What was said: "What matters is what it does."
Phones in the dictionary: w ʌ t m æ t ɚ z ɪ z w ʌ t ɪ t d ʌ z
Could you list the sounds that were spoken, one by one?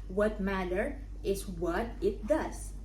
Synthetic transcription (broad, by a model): w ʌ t m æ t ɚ ɪ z w ʌ t ɪ t d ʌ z